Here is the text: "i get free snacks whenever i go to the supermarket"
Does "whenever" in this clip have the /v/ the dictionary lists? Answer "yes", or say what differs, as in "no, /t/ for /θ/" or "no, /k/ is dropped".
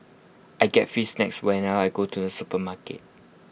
no, /v/ is dropped